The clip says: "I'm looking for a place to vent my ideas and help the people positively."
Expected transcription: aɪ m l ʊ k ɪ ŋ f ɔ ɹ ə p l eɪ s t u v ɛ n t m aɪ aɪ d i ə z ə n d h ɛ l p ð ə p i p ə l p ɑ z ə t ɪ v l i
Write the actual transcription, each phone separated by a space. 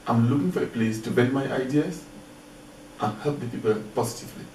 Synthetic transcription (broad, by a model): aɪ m l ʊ k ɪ ŋ f ɔ ɹ ə p l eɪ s t u b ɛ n m aɪ aɪ d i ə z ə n h ɛ l p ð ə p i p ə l p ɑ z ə t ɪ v l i